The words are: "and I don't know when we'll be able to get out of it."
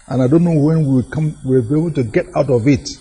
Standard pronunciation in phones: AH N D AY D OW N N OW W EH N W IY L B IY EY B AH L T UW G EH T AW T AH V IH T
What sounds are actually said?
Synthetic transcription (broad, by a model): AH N AY D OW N N OW W EH N W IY W B IY EY B AH L T UW G EH T AW T AH V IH T